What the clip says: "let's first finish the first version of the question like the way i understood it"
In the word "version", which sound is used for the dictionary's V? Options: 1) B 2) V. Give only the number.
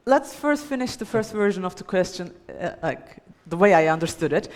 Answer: 2